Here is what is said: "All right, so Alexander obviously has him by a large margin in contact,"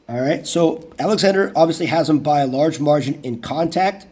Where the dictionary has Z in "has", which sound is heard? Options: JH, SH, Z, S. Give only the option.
Z